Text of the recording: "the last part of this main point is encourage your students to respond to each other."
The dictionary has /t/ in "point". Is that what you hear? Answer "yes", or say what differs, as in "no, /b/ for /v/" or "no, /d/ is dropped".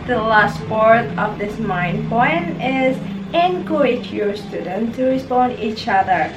no, /t/ is dropped